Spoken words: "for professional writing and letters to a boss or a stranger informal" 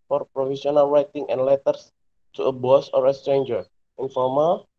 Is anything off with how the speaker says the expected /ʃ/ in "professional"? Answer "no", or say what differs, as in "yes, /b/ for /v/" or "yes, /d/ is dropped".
yes, /s/ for /ʃ/